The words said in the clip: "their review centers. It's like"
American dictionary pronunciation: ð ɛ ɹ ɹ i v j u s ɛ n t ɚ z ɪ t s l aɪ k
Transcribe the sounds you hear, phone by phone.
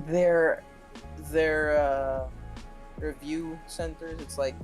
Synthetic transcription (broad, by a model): ð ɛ ɹ ɹ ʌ v j u s ɛ n t ɚ z ɪ t s l aɪ k